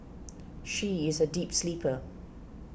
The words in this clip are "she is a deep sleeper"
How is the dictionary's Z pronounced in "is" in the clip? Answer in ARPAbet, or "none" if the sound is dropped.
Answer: Z